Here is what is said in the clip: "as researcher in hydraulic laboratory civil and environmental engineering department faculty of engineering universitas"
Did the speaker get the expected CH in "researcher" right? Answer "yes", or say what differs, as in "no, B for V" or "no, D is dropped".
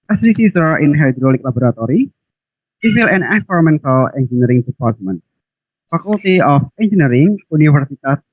no, S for CH